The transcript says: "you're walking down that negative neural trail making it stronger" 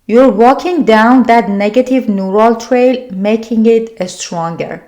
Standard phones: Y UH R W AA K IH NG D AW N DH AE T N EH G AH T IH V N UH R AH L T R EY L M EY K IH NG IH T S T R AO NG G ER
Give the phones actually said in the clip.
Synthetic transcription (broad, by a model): Y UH R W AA K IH NG D AW N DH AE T N EH G AH T IH V N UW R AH L T R EY L M EY K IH NG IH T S T R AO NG G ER